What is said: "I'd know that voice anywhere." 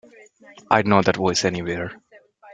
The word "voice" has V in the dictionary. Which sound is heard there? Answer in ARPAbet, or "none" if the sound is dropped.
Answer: W